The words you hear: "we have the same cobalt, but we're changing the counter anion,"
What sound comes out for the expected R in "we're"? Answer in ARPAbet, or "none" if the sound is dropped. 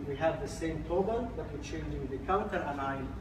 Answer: L